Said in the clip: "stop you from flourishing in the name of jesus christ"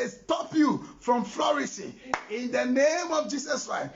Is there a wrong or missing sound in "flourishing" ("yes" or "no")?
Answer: yes